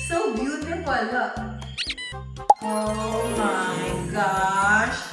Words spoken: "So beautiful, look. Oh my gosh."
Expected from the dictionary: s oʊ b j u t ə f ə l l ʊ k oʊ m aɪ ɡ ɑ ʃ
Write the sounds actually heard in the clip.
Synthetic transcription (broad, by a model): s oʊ b j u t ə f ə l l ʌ oʊ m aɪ ɡ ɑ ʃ